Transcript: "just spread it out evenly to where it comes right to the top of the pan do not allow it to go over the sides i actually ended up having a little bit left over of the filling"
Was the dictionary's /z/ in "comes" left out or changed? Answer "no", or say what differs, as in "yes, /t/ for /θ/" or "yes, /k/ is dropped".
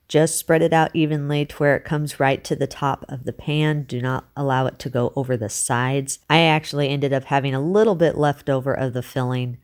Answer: no